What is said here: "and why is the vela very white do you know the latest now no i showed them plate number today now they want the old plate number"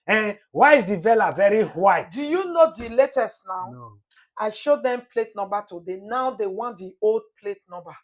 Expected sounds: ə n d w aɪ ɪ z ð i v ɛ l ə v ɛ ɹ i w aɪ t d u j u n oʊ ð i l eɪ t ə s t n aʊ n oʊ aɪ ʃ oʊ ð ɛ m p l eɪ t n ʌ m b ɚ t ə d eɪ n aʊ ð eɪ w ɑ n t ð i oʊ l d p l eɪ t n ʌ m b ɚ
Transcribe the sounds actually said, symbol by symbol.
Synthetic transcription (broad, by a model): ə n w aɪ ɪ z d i v ɛ l ə v ɛ ɹ i w aɪ t d u j u n oʊ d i l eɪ t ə s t n aʊ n aɪ ʃ oʊ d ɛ m p l eɪ t n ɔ m b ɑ t ə d eɪ n aʊ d eɪ w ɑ n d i oʊ l d p l eɪ t n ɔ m b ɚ